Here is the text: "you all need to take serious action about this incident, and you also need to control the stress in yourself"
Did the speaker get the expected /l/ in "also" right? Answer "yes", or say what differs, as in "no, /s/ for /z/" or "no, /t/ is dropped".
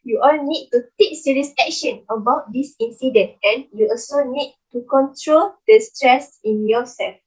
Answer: yes